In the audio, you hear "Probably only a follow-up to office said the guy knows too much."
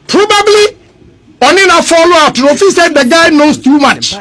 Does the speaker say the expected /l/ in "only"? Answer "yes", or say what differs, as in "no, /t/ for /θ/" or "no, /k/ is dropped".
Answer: no, /l/ is dropped